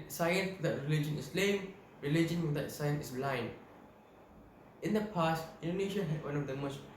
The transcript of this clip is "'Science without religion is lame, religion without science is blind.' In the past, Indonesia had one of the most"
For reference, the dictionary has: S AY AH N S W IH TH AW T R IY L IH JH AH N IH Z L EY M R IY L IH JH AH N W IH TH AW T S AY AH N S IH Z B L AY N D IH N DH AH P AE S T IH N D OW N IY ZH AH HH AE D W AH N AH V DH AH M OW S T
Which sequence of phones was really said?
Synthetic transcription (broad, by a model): S AY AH N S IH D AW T R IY L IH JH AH N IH S L EY M R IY L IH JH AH N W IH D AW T S AY AH N S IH S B L AY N IH N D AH P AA S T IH N D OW N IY SH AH HH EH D W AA N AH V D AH M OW S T